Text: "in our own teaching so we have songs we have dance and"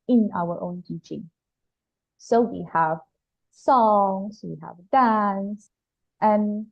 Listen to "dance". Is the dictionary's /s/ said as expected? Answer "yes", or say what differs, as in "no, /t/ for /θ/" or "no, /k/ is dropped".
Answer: yes